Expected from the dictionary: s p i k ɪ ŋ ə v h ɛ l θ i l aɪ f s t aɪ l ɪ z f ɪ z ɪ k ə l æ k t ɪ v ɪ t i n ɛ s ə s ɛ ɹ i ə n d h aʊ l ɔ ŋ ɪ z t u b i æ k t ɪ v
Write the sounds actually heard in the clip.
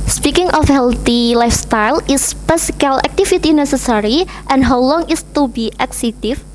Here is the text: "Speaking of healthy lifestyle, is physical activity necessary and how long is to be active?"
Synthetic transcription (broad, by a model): s p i k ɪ ŋ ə f h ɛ l t i l aɪ f s t aɪ l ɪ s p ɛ s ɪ k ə l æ k t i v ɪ t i n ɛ s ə s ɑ ɹ i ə n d h aʊ l ɔ ŋ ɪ s t u b i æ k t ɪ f